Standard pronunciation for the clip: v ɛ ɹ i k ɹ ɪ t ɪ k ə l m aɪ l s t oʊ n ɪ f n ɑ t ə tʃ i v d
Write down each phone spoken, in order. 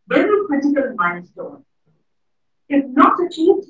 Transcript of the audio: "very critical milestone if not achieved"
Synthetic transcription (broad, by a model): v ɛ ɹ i k ɹ ɪ t ɪ k ə l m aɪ n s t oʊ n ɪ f n ɑ t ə tʃ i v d